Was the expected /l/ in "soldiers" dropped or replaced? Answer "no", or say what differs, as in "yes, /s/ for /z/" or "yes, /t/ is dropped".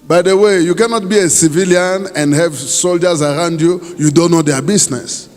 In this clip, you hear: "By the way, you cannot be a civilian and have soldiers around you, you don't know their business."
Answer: no